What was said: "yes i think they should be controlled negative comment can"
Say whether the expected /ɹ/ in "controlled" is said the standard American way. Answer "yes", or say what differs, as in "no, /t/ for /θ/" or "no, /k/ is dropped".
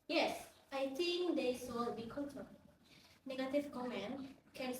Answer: no, /ɹ/ is dropped